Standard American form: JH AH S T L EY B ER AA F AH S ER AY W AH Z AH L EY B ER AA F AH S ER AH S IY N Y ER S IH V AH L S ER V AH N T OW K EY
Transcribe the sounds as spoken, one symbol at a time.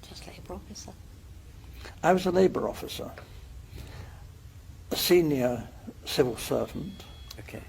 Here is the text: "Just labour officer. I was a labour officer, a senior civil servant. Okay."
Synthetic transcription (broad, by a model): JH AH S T L EY B ER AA F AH S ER AY W AH Z AH L EY B ER AA F AH S ER AH S IY N Y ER S IH V AH L S ER V AH N T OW K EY